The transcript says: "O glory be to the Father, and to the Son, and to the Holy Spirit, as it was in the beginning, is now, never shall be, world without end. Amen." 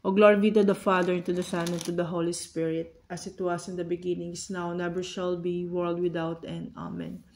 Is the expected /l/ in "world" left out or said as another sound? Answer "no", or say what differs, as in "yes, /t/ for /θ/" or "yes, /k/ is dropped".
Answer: no